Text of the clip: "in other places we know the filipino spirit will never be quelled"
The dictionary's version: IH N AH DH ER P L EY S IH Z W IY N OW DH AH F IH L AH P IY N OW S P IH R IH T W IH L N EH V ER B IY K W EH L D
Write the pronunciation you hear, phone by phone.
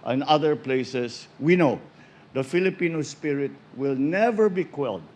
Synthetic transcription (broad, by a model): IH N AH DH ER P L EY S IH S W IY N OW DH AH F IH L AH P IY N OW S P IH R IH T W IH L N EH V ER B IY K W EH L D